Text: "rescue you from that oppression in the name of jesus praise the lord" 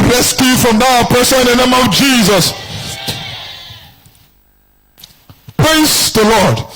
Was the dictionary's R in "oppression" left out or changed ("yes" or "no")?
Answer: yes